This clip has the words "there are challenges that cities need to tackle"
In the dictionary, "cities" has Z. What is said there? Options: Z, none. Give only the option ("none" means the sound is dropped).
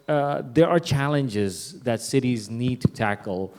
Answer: Z